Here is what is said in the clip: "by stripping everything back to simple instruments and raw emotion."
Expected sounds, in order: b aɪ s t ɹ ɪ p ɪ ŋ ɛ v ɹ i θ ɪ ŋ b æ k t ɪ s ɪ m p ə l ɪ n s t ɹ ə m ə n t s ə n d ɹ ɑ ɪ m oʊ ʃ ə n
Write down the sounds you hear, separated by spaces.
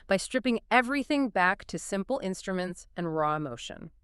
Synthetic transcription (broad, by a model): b aɪ s t ɹ ɪ p ɪ ŋ ɛ v ɹ i θ ɪ ŋ b æ k t ɪ s ɪ m p l ɪ n s t ɹ ə m ə n t s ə n ɹ ɑ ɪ m oʊ ʃ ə n